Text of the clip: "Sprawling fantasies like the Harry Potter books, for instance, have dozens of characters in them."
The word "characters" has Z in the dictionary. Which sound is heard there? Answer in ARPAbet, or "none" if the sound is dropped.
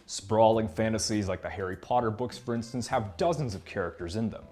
Z